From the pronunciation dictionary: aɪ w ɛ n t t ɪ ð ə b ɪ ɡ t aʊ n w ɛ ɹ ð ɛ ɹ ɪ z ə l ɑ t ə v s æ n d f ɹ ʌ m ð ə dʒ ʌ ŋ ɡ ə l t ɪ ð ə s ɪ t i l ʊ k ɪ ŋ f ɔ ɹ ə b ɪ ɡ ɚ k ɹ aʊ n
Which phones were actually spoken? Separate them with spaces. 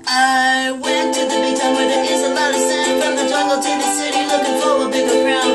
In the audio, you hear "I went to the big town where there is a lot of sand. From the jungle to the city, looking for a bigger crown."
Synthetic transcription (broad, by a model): aɪ w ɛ n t t ɪ ð ə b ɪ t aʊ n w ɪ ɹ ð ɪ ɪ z ə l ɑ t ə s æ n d f ɹ ʌ m ð ə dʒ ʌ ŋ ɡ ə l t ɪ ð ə s ɪ t i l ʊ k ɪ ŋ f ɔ w ə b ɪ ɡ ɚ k ɹ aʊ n